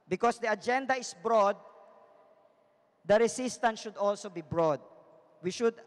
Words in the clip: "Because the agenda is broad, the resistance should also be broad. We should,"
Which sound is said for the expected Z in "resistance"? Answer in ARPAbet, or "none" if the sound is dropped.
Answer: S